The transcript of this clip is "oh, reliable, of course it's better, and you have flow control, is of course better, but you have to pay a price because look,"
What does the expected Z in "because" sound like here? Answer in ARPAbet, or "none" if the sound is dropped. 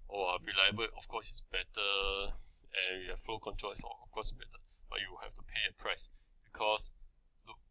S